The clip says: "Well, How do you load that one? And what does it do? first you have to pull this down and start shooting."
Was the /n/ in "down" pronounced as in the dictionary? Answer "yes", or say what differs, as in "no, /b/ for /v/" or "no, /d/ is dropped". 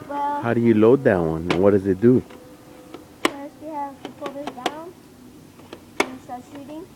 no, /n/ is dropped